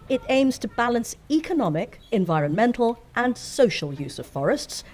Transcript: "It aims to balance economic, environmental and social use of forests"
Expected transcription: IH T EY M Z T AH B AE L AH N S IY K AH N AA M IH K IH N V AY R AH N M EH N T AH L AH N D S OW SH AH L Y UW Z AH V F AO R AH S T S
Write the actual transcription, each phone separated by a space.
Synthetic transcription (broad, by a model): IH T EY M Z T AH B AE L AH N S IY K AH N AA M IH K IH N V AY R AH N M EH N T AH L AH N S OW SH AH L Y UW Z AH V F AO R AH S T S